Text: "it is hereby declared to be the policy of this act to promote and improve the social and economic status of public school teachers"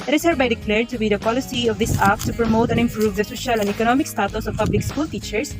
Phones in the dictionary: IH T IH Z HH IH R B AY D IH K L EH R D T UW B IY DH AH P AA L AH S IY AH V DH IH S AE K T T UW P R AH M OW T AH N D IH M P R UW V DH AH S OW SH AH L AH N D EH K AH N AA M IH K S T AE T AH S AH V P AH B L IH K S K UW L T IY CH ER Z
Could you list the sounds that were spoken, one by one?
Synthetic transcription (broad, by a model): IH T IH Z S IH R B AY D IH K L EH R D T UW B IY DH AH P AA L AH S IY AH V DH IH S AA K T T UW P R AH M OW T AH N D IH M P R UW V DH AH S OW SH AH L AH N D EH K AH N AA M IH K S T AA T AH S AH V P AH B L IH K S K UW L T IY CH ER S